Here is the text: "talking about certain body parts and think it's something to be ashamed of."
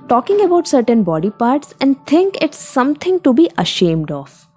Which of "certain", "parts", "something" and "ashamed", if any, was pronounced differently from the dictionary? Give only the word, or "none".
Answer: something